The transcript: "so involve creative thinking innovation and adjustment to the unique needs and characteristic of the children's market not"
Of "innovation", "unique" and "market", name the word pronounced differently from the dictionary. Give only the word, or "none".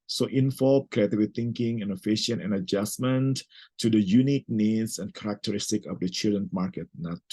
innovation